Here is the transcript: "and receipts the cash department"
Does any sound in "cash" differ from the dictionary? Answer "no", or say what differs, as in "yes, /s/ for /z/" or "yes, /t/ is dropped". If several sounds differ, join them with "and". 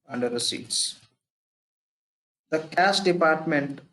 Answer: yes, /s/ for /ʃ/